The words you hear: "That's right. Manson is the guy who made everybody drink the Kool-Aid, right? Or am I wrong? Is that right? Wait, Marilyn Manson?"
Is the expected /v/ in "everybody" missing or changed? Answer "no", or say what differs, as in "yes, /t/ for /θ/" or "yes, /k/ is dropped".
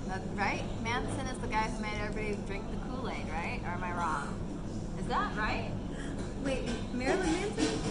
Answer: yes, /v/ is dropped